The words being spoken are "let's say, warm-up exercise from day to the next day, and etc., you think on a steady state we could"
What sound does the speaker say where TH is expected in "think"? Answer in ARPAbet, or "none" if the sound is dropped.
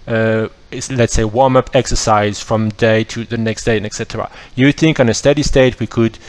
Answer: TH